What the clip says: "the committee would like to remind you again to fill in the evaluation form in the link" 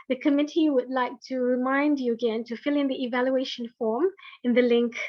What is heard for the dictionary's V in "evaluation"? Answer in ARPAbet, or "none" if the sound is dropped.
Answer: V